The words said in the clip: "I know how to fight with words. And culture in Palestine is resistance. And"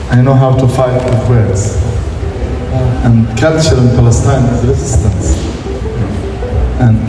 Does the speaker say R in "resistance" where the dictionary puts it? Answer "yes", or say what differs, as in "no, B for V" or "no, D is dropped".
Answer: yes